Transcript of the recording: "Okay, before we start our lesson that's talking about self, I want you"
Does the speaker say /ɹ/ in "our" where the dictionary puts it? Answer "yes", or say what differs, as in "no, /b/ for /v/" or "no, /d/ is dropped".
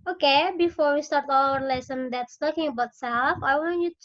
no, /l/ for /ɹ/